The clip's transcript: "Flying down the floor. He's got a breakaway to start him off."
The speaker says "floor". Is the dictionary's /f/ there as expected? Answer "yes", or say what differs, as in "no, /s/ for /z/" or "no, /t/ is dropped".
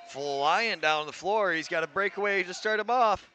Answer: yes